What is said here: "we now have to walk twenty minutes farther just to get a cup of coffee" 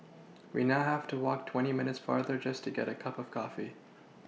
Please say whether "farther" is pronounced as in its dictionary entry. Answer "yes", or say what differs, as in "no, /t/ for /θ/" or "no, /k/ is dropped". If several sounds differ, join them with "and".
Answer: yes